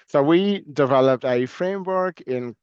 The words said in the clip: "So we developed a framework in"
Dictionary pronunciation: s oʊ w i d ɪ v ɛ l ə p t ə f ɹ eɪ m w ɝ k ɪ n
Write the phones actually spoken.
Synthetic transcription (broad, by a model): s oʊ w i d ɪ v ɛ l ə p t ə f ɹ eɪ m w ɝ k ɪ n